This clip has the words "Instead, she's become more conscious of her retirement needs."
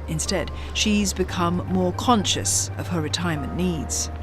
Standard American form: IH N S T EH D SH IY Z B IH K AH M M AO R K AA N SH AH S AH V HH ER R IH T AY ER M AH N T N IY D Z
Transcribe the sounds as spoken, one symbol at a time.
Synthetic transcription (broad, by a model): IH N S T EH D SH IY Z B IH K AH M M AO R K AA N SH AH S AH V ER R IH T AY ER M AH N N IY D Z